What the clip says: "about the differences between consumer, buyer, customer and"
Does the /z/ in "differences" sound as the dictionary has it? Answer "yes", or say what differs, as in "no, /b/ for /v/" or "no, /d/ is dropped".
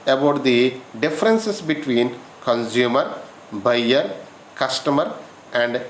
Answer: no, /s/ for /z/